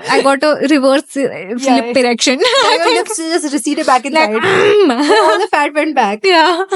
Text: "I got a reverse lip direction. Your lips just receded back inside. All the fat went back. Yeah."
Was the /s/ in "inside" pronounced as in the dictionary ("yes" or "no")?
no